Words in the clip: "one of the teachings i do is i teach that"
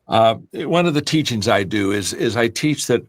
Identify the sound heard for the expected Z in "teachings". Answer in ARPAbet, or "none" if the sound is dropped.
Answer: Z